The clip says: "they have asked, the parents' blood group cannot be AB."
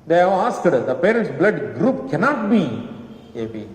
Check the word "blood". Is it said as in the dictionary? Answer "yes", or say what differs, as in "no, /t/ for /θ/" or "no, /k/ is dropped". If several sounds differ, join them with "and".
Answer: yes